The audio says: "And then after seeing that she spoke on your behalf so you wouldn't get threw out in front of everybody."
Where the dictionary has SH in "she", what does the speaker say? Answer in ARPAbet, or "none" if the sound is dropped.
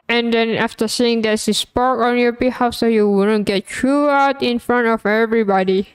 S